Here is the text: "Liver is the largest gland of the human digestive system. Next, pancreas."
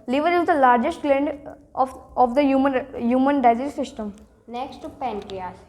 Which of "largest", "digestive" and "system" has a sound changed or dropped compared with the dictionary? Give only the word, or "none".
digestive